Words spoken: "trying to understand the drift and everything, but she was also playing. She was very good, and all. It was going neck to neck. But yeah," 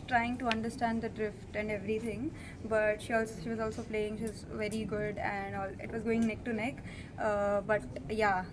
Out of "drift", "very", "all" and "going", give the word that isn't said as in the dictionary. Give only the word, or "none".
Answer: none